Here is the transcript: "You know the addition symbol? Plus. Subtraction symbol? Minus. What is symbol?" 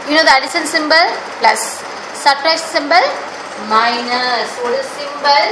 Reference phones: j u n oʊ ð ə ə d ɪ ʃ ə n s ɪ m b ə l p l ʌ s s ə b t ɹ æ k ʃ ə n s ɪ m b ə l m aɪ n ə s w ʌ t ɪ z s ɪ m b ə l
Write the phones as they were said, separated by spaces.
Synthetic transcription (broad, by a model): j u n oʊ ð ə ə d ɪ s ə n s ɪ m b ə l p l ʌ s s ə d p ɹ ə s s ɪ m b ə l m aɪ n ə s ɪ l s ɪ m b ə l